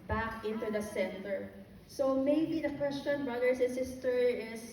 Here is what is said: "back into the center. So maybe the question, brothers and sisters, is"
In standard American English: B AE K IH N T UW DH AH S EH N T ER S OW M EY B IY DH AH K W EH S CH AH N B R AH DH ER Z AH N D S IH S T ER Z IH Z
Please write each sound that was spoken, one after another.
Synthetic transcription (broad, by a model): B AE K IH N T UW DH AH S EH N T ER S OW M EY B IY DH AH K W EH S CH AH N B R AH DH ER S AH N S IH S T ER IH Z